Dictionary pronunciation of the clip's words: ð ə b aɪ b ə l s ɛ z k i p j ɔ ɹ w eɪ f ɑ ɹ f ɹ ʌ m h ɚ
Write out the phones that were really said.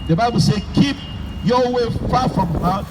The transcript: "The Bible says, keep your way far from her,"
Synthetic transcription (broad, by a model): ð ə b aɪ b ə l s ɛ k i p j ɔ w eɪ f ɑ f ɹ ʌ m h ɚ